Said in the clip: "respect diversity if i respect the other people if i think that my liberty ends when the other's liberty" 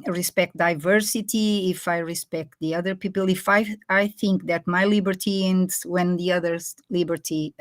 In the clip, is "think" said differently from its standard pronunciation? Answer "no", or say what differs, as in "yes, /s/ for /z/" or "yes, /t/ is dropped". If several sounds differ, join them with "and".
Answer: no